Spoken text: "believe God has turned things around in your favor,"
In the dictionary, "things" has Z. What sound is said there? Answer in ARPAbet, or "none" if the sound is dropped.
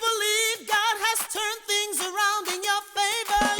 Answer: Z